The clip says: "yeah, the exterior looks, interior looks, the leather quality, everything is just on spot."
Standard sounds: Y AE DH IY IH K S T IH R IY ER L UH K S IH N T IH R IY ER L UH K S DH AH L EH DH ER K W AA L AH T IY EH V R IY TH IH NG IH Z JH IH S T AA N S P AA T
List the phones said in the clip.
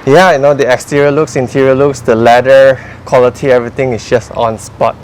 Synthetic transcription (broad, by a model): Y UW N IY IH K S T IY R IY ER L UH K S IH N T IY R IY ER L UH K S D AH L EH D ER K W AA L AH T IY EH V R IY T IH NG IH S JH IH S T AA N S P AA T